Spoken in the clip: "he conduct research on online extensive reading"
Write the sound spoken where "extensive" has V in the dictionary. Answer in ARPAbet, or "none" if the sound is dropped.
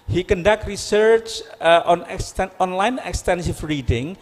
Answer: F